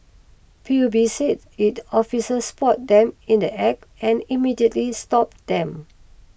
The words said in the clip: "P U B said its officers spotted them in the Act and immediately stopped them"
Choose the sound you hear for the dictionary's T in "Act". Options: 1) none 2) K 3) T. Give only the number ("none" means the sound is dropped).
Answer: 1